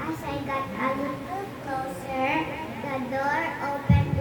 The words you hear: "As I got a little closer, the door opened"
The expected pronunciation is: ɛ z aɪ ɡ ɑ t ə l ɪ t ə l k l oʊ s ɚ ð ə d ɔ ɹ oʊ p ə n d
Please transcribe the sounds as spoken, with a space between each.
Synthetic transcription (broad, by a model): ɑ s aɪ ɡ ɑ t ə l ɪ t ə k oʊ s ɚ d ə d ɔ ɹ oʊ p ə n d